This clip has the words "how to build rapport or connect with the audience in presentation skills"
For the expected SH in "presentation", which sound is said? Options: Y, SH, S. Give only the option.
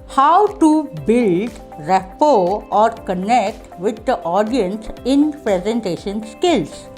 SH